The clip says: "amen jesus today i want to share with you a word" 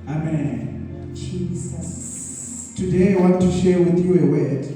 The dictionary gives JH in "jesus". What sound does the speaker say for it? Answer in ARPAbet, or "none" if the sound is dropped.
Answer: CH